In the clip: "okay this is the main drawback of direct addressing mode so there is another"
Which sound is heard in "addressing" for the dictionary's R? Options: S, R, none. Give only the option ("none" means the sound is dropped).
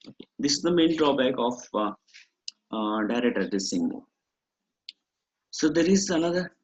none